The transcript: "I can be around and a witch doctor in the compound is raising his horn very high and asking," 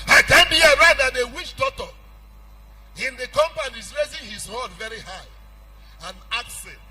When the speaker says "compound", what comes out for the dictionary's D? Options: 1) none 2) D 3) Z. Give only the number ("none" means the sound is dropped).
1